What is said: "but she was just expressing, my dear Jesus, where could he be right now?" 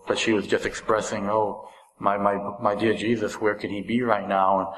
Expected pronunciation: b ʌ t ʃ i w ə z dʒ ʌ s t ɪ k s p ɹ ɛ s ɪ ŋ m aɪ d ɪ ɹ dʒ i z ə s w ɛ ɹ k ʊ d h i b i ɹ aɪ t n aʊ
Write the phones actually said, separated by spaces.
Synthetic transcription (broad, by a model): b ʌ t ʃ i w ə z dʒ ʌ s t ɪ k s p ɹ ɛ s ɪ ŋ m aɪ d ɪ ɹ dʒ i z ə s w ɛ ɹ k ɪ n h i b i ɹ aɪ t n aʊ